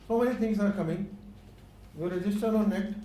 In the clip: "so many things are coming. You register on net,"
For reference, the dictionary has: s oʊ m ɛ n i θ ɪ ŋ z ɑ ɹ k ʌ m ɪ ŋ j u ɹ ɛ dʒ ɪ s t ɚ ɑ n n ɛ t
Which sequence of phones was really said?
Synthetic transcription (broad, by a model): s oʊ m ɛ n i t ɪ ŋ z ɑ ɹ k ʌ m ɪ ŋ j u ɹ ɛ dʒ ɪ s t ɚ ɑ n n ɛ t